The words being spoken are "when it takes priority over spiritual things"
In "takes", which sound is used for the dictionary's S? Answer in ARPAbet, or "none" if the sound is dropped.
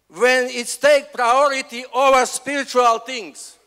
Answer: none